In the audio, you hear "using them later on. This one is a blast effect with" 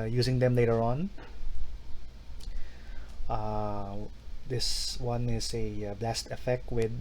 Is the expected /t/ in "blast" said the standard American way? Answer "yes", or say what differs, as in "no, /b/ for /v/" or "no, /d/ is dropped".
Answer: yes